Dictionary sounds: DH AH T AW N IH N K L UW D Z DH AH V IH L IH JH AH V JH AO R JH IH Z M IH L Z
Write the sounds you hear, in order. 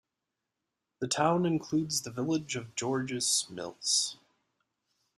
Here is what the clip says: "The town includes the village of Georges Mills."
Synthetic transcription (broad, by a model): DH AH T AW N IH N K L UW D Z DH AH V IH L IH JH AH V JH AO R JH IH S M IH L S